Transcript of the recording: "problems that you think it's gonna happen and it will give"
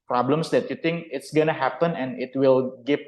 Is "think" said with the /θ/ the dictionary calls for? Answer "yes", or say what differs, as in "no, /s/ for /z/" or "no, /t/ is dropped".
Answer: no, /t/ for /θ/